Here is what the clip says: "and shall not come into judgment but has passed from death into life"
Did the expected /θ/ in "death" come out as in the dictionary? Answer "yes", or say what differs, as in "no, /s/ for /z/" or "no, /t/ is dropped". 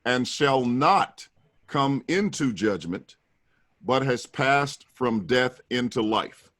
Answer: yes